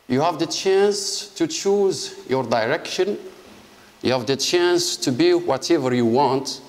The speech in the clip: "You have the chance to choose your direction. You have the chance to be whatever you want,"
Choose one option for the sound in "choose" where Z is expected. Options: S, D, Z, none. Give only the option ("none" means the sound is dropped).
Z